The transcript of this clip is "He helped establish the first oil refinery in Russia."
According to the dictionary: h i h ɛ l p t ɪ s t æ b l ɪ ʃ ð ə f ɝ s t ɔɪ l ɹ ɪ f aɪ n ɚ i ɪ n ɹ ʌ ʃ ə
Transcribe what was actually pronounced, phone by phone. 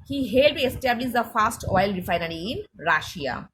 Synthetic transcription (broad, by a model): h i h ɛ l t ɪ s t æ b l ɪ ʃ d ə f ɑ s t ɔɪ l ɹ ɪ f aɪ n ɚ i ɪ n ɹ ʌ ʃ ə